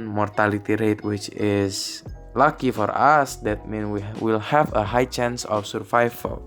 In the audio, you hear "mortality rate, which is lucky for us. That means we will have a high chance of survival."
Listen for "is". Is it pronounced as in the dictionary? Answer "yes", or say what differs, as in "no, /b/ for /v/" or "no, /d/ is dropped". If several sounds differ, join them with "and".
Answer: no, /s/ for /z/